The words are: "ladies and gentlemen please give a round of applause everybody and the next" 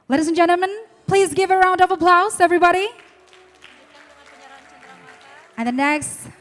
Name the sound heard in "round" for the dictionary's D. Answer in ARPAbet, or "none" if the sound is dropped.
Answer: D